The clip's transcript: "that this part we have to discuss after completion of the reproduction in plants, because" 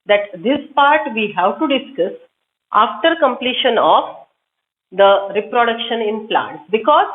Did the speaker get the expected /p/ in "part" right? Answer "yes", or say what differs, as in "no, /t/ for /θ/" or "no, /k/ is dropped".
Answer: yes